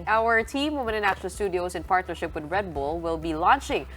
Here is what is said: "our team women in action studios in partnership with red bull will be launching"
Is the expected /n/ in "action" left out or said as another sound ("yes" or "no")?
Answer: yes